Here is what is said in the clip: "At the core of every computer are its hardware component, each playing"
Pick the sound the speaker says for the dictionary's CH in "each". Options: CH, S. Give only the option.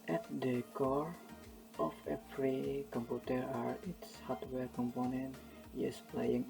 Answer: S